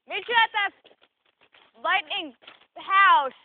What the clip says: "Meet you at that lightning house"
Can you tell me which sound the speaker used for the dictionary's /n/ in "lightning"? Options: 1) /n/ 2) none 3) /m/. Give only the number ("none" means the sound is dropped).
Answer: 1